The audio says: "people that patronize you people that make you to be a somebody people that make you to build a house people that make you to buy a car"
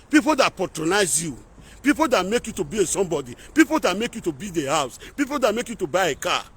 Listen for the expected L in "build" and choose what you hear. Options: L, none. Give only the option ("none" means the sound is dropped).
none